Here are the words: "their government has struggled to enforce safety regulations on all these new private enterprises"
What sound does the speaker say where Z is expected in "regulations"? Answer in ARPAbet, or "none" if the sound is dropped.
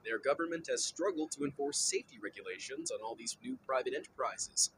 Z